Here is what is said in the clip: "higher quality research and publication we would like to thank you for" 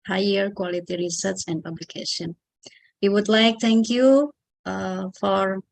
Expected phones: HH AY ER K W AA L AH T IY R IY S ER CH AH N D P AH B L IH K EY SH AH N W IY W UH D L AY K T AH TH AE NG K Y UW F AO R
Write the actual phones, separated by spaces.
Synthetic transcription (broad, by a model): HH AY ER K W AA L AH T IY R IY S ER S AH N D P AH B L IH K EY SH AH N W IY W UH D L AY K T AH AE NG K Y UW F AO R